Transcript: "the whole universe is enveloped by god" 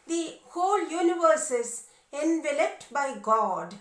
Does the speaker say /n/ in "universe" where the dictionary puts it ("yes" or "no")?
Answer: yes